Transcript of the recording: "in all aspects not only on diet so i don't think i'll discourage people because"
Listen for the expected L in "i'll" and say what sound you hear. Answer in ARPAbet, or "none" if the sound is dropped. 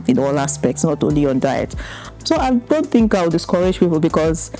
W